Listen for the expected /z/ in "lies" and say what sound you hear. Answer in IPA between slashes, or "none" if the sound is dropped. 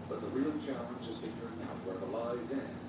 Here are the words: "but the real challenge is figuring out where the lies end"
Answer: /z/